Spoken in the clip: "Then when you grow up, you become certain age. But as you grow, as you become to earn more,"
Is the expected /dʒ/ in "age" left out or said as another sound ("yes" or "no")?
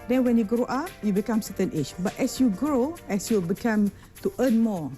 yes